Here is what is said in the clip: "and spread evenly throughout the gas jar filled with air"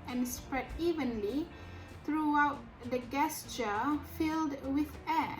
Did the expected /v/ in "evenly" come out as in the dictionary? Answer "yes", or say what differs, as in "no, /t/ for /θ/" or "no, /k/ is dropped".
yes